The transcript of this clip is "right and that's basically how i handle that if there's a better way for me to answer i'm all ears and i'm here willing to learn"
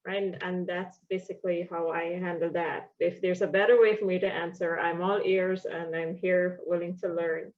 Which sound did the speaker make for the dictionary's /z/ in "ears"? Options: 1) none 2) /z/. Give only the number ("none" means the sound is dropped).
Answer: 2